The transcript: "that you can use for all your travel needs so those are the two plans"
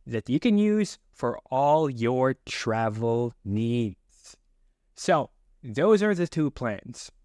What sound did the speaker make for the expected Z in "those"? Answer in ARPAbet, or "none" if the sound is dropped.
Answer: Z